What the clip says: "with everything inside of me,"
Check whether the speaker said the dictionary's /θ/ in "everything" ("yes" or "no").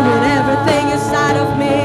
yes